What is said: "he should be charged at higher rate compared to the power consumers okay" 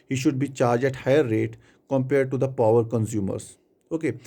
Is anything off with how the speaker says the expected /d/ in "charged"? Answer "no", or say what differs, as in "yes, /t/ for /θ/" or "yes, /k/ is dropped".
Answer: yes, /d/ is dropped